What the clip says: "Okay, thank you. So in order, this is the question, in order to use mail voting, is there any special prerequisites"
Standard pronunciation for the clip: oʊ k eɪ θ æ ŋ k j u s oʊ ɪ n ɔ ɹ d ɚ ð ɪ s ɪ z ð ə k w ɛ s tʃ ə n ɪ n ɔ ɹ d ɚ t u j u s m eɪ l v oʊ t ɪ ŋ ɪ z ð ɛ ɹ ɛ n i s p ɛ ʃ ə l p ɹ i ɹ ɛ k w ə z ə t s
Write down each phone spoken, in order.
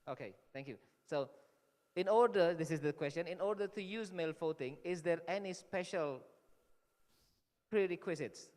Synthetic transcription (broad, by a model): oʊ k eɪ t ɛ ŋ k j u s oʊ ɪ n ɔ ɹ d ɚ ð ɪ s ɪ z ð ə k w ɛ s tʃ ə n ɪ n ɔ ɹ d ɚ t u j u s m eɪ l f oʊ t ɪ ŋ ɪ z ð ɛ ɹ ɛ n i s p ɛ ʃ ə l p ɹ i ɹ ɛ k w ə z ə t s